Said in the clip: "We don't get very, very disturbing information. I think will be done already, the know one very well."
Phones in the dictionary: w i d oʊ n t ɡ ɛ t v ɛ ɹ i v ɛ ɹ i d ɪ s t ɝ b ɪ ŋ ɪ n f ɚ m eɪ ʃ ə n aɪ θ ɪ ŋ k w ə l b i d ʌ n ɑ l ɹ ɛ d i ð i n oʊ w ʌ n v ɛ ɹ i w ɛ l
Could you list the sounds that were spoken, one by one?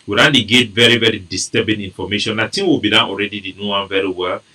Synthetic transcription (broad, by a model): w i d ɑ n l ɡ ɛ t v ɛ ɹ i v ɛ ɹ i d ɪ s t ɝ b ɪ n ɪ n f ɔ m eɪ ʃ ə n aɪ t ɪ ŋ w ə l b i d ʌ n ɑ l ɹ ɛ d i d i n oʊ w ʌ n v ɛ ɹ i w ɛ l